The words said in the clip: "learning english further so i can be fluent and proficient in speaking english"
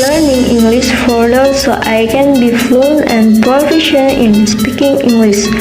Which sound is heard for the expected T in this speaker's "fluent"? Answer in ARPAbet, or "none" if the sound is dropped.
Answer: none